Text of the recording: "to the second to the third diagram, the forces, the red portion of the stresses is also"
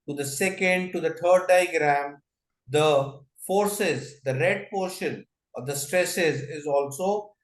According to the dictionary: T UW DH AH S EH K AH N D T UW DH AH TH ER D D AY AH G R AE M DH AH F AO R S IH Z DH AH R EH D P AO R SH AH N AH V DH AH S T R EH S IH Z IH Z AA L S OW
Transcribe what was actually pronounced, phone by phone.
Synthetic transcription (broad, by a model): T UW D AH S EH K AH N D T UW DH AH T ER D D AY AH G R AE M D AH F AO R S IH Z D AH R EH D P AO R SH AH N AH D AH S T R EH S IH Z IH Z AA L S OW